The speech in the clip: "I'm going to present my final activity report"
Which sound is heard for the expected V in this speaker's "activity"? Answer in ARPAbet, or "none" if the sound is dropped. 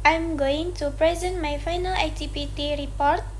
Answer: P